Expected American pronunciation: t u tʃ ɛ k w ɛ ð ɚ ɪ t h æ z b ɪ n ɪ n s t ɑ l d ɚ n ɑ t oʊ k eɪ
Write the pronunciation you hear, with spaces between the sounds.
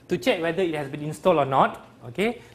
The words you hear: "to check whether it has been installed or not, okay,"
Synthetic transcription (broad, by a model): t u tʃ ɛ k w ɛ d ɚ ɪ t h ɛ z b ɪ n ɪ n s t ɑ l ɔ n ɑ t oʊ k eɪ